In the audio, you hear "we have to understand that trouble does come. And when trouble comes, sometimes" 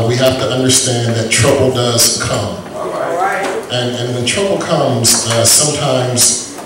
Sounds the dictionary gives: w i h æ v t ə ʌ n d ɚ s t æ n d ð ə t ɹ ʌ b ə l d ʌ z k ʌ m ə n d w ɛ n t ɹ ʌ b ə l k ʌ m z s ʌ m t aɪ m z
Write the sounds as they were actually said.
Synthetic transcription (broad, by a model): w i h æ f t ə ʌ n d ɚ s t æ n ð ə t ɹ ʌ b l d ʌ z k ʌ m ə n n w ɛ n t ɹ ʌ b l k ʌ m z s ʌ m t aɪ m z